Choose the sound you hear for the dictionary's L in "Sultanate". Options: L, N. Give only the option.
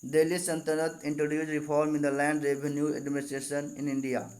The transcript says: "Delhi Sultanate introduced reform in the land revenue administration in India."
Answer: N